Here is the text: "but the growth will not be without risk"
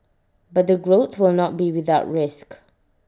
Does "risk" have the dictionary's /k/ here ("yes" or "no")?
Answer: yes